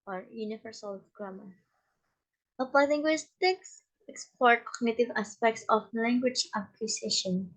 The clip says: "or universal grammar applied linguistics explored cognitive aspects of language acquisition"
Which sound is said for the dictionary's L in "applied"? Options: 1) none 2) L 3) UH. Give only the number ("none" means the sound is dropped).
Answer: 1